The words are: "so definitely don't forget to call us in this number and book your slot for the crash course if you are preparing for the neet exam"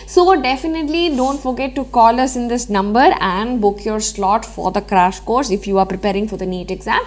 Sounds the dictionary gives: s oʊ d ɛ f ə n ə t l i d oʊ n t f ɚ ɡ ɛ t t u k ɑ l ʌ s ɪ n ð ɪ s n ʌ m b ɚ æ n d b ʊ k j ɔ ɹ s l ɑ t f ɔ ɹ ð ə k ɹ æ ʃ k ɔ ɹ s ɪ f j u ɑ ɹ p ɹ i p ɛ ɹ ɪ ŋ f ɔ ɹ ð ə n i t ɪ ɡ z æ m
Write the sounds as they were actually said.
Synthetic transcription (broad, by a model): s oʊ d ɛ f ə n ə t l i d oʊ n t f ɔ ɡ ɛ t t u k ɑ l ʌ s ɪ n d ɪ s n ʌ m b ɚ æ n d b ʊ k j ɔ ɹ s l ɑ t f ɔ ɹ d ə k ɹ æ ʃ k ɔ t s ɪ f j u ɑ ɹ p ɹ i p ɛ ɹ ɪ ŋ f ɔ ɹ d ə n i t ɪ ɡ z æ m